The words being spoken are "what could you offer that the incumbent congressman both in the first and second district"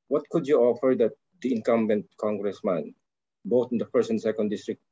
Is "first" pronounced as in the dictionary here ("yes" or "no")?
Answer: no